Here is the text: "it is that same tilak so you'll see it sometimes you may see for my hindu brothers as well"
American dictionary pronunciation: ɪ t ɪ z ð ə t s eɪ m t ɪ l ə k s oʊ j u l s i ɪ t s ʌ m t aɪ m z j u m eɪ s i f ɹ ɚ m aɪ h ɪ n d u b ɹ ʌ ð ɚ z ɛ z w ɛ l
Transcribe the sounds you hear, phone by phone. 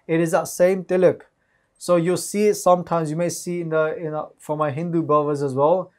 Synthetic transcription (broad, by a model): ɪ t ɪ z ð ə t s eɪ m t ɪ l ə k s oʊ j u s i ɪ t s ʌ m t aɪ m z j u m eɪ s i f ɹ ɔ m aɪ h ɪ n d u b ʌ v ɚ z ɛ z w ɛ l